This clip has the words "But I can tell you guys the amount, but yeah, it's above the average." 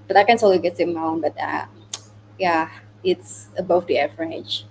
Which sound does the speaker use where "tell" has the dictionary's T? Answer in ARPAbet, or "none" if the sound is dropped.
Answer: S